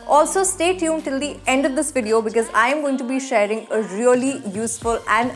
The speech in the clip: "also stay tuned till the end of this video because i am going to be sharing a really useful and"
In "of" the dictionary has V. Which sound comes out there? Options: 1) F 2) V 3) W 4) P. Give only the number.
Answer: 2